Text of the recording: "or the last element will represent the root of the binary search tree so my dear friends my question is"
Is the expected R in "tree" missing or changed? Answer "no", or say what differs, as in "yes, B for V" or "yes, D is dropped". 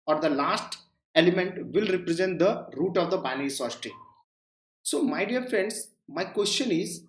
yes, R is dropped